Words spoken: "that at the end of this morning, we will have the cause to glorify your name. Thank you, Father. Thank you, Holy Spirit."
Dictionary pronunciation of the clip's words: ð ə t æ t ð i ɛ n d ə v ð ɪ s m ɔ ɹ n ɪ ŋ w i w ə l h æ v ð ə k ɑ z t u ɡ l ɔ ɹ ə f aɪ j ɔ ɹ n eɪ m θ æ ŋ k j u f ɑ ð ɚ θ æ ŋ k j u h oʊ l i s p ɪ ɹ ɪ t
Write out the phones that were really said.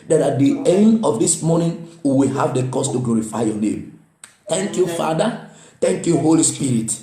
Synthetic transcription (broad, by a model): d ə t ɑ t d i ɛ n d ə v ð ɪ s m ɔ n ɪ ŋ w i w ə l h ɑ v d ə k ɑ s t u ɡ l ɔ ɹ ə f aɪ j ɔ n eɪ m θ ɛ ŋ k j u f ɑ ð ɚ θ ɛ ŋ k j u h oʊ l i s p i ɹ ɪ t